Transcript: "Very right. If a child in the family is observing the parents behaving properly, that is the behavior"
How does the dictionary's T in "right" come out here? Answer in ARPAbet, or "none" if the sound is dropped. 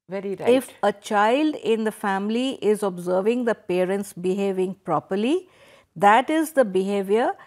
none